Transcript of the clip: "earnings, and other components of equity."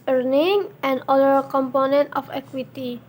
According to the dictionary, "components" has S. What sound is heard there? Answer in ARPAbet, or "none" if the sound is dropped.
none